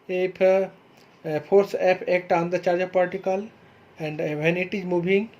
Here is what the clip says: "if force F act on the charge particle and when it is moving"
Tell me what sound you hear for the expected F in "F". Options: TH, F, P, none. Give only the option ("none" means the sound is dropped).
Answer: P